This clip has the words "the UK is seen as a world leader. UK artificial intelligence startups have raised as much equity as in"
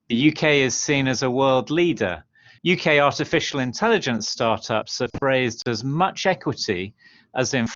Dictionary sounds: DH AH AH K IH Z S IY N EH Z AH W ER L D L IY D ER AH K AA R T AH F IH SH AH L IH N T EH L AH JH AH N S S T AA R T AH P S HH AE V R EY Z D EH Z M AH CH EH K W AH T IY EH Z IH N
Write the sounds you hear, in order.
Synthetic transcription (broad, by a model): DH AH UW K IH Z S IY N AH Z AH W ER L D L IY D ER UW K AA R T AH F IH SH AH L IH N T EH L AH JH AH N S S T AA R T AH P S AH F R EY Z D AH Z M AH CH EH K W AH T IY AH Z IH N